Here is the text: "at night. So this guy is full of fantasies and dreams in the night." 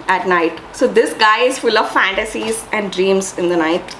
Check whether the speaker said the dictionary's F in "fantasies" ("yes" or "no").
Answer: yes